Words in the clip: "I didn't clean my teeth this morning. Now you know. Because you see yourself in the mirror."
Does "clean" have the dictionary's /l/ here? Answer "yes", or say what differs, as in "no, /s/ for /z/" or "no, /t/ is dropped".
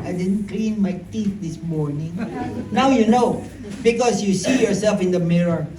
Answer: yes